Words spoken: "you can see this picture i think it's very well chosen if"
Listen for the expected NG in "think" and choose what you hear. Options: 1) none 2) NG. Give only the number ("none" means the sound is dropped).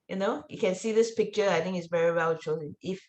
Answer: 2